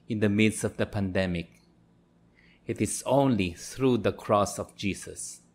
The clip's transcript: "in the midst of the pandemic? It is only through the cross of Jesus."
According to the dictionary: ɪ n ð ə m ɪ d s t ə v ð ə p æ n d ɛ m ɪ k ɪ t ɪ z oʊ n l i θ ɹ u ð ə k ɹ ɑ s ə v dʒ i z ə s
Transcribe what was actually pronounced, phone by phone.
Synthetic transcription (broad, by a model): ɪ n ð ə m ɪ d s ə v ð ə p æ n d ɛ m ɪ k ɪ t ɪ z oʊ n l i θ ɹ u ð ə k ɹ ɑ s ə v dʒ i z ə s